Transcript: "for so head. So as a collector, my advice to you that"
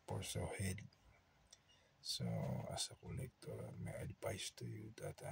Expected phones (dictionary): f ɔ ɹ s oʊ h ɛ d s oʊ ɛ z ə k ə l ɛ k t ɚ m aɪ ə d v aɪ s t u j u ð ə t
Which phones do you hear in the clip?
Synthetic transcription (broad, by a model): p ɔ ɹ s oʊ h ɛ d s oʊ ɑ s ə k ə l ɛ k t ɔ m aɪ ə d p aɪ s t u j u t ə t